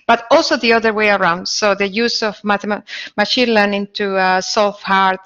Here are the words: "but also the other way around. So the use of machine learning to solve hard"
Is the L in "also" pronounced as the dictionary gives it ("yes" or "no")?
yes